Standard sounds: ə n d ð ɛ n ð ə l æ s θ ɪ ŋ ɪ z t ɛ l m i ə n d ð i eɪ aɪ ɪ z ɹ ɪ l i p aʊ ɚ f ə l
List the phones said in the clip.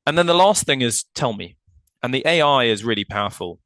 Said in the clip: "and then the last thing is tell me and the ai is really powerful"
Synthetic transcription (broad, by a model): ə n ð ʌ n ð ə l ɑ s θ ɪ ŋ ɪ z t ɛ l m i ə n ð i eɪ aɪ ɪ z ɹ ɪ l i p aʊ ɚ f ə l